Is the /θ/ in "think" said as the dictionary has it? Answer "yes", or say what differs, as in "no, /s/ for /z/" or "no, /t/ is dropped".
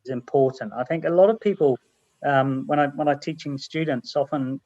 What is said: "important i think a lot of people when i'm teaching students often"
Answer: yes